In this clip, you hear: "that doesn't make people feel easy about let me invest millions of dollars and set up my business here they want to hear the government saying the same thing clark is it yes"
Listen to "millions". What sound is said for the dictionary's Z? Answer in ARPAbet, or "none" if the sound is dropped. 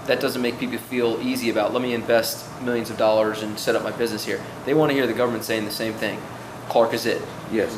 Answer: Z